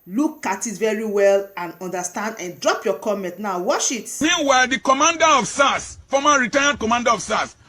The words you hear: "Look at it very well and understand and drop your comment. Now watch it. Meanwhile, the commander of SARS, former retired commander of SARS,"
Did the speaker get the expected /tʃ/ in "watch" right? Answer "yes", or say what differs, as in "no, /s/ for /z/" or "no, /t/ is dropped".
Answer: no, /ʃ/ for /tʃ/